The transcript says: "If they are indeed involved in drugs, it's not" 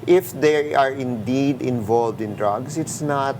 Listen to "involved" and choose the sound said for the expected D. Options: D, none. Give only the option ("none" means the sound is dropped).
D